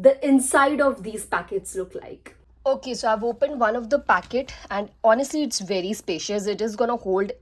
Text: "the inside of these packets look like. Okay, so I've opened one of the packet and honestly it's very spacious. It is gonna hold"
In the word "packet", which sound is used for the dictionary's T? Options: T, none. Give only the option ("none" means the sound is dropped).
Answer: T